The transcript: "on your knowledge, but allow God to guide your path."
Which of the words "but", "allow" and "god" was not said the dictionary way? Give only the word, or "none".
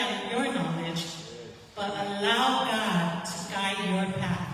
none